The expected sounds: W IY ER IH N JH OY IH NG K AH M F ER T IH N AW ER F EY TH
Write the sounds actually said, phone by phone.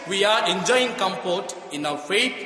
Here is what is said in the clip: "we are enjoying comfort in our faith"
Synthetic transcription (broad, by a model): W IY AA IH N JH OY IH NG K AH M P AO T IH N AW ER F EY